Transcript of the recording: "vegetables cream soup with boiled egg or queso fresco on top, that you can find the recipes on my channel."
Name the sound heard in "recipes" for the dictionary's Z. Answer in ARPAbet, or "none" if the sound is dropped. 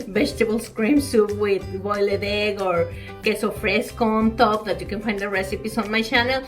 S